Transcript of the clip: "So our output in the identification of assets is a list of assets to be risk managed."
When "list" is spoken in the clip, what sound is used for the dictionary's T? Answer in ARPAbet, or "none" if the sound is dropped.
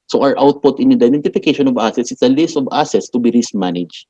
T